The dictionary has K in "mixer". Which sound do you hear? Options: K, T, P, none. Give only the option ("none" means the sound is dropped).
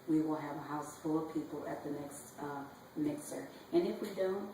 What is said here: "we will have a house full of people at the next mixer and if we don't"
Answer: K